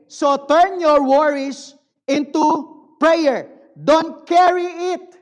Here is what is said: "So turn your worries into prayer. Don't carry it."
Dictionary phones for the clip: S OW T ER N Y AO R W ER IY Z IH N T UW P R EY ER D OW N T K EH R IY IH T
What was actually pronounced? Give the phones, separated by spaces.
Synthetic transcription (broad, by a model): S OW T ER N Y AO R W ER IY S IH N T UW P R EY ER D OW N T K EH R IY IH T